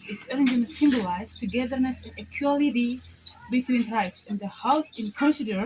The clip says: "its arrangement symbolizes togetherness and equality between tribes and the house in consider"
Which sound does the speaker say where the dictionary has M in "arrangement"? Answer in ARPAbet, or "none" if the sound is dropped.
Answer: none